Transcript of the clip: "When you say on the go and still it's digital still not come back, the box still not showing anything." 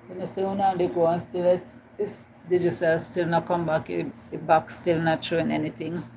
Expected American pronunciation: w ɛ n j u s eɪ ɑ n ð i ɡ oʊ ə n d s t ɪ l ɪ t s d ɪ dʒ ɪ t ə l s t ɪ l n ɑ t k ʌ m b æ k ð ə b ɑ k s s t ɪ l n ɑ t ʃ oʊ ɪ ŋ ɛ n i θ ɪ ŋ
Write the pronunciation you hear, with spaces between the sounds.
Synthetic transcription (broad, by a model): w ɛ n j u s eɪ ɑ n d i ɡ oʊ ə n s t ɪ l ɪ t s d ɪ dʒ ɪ s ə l s t ɪ l n ɑ t k ʌ m b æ k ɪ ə b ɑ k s s t ɪ l n ɑ t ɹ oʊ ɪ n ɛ n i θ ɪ ŋ